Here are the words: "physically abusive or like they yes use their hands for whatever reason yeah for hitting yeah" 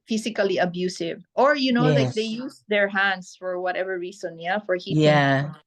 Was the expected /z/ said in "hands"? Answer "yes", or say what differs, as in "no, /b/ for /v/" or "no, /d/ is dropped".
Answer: no, /s/ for /z/